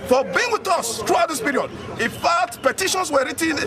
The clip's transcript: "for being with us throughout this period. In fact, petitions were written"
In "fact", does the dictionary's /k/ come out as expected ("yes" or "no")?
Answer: no